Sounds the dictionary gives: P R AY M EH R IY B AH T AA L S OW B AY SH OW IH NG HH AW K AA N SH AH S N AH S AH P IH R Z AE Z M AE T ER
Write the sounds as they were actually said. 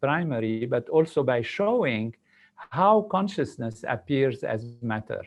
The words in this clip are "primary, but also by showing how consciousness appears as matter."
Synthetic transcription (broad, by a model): P R AY M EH R IY B AH T AA L S OW B AY SH OW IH NG HH AW K AA N SH AH S N AH S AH P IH R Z AE Z M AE T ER